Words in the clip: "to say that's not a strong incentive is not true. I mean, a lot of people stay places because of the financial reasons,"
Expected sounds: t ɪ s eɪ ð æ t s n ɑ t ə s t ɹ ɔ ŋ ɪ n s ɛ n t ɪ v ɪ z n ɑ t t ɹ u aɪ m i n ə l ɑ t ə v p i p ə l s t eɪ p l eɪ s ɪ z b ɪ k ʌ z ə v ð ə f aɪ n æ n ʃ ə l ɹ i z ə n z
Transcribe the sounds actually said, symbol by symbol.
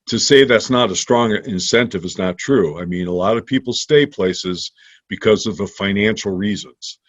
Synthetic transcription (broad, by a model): t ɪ s eɪ ð æ t s n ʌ t ə s t ɹ ɔ ŋ ɪ n s ɛ n t ɪ v ɪ z n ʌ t t ɹ u aɪ m i n ə l ɑ t ə v p i p l s t eɪ p l eɪ s ɪ z b ɪ k ʌ z ə v ð ə f aɪ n æ n ʃ l ɹ i z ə n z